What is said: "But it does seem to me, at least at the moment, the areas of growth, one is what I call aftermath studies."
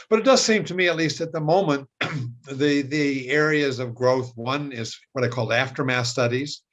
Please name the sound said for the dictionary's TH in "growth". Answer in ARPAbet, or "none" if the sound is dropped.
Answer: TH